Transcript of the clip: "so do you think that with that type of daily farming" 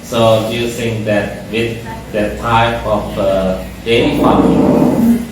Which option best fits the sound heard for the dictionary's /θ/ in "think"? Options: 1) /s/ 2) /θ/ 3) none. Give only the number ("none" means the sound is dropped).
1